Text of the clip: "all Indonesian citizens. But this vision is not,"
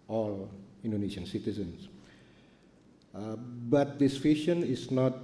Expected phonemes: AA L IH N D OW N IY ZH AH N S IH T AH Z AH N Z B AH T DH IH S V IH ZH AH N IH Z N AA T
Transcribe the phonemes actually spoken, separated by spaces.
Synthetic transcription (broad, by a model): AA L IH N D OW N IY SH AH N S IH T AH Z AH N S B AH T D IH S F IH SH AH N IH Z N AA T